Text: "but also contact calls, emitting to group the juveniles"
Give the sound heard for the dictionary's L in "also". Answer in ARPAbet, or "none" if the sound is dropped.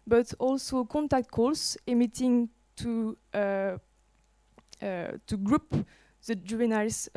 L